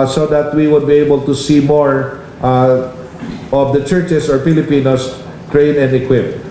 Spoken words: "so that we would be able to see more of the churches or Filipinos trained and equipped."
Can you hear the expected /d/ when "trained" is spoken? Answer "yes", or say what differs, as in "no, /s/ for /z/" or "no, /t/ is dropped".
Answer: no, /d/ is dropped